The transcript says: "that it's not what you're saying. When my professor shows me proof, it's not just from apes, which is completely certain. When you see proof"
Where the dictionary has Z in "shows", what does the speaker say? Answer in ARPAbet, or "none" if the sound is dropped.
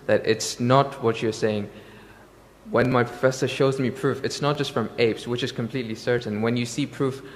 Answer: Z